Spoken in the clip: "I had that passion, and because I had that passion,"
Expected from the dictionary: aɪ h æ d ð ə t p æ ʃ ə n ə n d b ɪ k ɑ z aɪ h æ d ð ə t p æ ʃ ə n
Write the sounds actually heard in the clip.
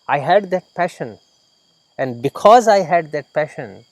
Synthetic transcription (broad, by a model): aɪ h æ d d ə t p æ ʃ ə n ə n d b ɪ k ɑ z aɪ h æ d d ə t p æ ʃ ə n